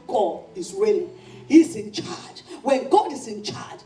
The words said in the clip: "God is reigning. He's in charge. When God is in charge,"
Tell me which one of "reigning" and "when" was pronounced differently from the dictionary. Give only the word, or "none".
reigning